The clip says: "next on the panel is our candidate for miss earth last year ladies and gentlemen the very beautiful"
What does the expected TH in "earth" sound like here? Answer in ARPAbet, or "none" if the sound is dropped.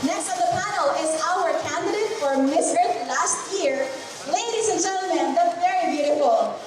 T